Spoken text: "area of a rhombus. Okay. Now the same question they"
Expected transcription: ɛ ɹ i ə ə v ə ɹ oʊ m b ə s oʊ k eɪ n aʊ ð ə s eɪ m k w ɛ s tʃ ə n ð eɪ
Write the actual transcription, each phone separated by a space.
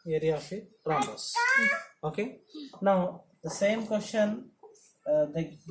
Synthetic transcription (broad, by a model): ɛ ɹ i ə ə f ə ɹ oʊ b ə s oʊ k eɪ n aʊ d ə s eɪ m k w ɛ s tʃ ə n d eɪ